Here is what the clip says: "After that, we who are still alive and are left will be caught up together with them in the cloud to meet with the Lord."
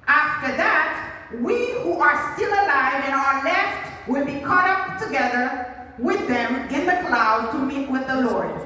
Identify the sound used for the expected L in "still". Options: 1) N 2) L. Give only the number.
2